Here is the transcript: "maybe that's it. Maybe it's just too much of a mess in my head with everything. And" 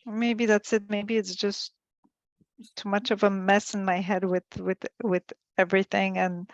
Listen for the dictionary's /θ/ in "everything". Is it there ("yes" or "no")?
yes